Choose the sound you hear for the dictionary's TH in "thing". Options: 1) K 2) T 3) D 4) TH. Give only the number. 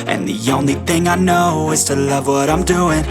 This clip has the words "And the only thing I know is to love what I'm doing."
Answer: 4